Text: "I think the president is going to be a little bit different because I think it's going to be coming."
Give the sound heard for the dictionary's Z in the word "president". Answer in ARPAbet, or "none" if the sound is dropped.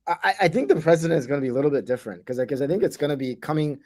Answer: Z